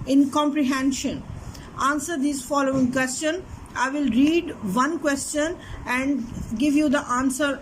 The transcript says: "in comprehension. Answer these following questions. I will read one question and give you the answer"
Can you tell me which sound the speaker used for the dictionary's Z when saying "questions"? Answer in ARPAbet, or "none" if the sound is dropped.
none